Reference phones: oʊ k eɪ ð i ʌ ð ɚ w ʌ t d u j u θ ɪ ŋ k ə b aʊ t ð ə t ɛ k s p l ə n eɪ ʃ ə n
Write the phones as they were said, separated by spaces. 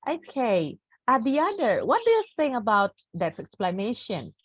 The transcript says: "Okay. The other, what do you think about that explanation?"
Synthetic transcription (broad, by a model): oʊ k eɪ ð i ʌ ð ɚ w ʌ t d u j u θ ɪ ŋ ə b aʊ t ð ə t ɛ k s p l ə n eɪ ʃ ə n